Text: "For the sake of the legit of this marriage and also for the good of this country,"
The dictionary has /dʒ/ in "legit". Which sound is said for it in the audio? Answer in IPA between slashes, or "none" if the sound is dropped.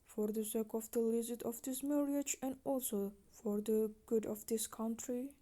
/z/